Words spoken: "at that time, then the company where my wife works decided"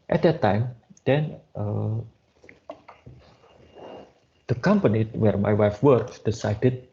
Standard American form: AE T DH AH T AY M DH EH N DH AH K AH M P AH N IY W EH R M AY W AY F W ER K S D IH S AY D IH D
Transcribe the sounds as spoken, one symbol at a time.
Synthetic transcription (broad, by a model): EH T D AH T AY M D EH N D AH K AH M P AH N IY W EH R M AY W AY F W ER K D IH S AY D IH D